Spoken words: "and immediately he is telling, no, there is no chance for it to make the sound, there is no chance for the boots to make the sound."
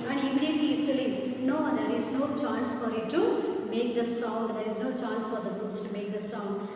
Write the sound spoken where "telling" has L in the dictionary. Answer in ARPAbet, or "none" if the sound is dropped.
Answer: none